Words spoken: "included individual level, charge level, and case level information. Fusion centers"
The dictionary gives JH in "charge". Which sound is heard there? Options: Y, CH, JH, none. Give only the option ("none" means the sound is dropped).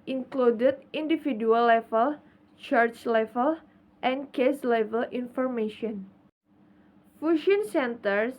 CH